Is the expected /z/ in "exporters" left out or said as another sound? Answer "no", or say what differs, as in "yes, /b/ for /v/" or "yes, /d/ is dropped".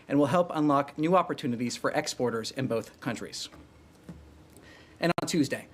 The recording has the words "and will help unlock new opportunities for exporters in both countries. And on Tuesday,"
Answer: no